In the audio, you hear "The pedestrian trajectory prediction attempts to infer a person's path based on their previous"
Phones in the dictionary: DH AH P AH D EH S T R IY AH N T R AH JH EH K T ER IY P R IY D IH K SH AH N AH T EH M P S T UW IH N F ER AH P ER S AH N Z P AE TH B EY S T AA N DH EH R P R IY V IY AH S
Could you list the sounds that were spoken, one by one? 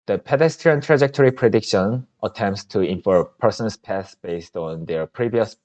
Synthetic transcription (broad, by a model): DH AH P AH D EH S T R IY AH N T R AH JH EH K T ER IY P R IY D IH K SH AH N AH T EH M P S T UW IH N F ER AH P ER S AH N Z P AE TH B EY S T AA N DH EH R P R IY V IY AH S